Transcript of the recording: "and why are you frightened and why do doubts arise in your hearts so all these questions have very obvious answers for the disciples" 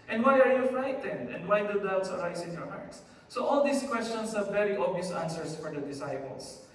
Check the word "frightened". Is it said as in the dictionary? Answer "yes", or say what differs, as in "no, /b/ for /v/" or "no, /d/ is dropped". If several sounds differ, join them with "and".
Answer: yes